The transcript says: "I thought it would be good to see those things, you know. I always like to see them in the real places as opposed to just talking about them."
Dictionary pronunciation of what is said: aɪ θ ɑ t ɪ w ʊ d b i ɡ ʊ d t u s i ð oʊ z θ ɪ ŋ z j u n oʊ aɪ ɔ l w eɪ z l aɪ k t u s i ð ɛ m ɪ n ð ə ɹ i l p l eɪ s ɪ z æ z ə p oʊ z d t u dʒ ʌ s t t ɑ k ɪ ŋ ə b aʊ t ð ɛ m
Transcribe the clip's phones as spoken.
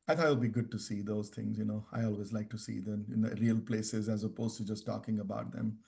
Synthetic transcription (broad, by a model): aɪ t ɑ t ɪ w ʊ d b i ɡ ʊ d t u s i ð oʊ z t ɪ ŋ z j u n oʊ aɪ ɔ l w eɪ z l aɪ k t u s i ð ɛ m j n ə ɹ i l p l eɪ s ɪ z æ z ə p oʊ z t u dʒ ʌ s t t ɑ k ɪ ŋ ə b aʊ t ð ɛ m